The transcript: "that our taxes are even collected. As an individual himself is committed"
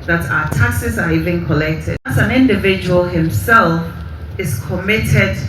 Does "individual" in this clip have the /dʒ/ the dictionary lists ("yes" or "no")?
yes